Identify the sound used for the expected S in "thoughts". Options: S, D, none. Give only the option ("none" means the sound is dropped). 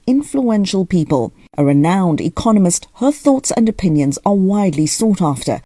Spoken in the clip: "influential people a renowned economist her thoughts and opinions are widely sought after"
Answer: S